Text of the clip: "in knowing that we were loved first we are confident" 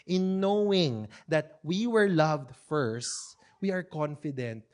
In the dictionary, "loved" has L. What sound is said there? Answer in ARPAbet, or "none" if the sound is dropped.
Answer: L